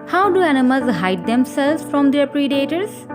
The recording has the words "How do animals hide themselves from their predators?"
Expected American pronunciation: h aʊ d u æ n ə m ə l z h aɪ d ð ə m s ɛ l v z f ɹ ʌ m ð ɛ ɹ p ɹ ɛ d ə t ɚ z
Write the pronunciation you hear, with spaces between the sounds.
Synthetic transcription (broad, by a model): h aʊ d u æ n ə m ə z h aɪ d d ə m s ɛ l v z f ɹ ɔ m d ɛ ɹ p ɹ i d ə t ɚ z